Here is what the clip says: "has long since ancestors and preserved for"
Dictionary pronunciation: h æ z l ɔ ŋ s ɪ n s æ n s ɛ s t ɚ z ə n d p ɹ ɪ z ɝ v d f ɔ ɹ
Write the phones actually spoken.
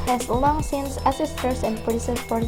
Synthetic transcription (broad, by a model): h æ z l ɔ ŋ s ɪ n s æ s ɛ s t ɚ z ə n d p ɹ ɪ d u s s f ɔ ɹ